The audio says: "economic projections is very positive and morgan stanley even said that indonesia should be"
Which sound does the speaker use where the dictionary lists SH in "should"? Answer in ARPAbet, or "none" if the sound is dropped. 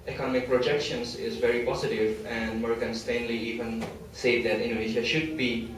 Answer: SH